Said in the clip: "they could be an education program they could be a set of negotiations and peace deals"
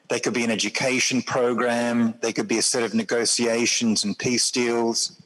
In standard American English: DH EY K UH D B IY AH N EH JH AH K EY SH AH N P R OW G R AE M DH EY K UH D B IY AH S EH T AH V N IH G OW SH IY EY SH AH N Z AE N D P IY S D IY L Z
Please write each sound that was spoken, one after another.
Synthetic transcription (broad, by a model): DH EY K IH D B IY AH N EH JH AH K EY SH AH N P R OW G R AE M DH EY K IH D B IY AH S EH T AH V N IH G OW S IY EY SH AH N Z N P IY S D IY L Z